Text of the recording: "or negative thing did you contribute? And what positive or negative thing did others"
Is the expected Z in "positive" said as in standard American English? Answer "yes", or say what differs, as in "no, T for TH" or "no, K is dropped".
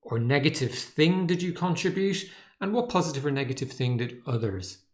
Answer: yes